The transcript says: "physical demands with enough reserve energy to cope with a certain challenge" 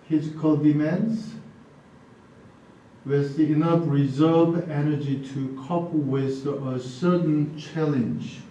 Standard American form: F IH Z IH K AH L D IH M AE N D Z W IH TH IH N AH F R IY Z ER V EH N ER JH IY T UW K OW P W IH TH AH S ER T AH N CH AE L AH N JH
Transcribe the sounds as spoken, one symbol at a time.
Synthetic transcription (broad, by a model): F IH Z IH K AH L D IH M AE N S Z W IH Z IH N AH F R IY Z ER V EH N ER JH IY T UW K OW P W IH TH AH S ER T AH N CH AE L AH N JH